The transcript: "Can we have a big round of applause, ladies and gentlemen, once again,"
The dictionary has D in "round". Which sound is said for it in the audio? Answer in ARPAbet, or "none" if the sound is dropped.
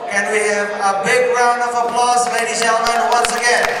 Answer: D